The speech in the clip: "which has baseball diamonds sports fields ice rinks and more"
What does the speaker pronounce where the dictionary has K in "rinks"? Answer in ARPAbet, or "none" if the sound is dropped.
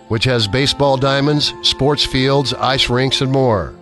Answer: K